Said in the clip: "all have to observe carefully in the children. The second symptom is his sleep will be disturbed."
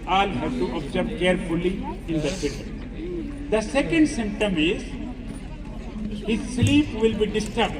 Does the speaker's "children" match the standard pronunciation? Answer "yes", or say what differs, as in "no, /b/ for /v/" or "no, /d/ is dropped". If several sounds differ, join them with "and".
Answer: no, /s/ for /tʃ/